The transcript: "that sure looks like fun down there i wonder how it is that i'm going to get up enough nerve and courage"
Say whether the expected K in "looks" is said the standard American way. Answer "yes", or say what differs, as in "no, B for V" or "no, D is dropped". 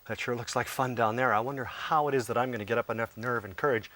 yes